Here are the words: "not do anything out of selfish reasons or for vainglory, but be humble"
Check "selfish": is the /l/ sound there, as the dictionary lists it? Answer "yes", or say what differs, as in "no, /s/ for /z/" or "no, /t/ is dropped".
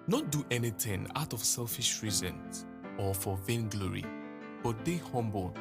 yes